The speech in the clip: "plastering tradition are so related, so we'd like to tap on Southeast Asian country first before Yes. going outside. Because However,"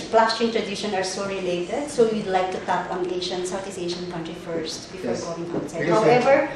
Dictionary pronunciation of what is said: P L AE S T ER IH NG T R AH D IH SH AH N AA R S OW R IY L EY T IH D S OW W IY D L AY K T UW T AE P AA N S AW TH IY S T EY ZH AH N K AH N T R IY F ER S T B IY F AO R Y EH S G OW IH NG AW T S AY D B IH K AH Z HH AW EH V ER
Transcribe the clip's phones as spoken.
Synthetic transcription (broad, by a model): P L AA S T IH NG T R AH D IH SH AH N AA R S OW R IY L EY T IH D S OW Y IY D L AY K T UW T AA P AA N S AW T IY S EY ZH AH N K AH N T R IY F ER S T B IY F AO R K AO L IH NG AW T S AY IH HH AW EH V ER